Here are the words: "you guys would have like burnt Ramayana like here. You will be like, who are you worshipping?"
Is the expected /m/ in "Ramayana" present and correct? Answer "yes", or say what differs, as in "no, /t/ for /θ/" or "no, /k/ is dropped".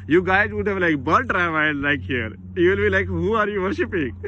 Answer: no, /m/ is dropped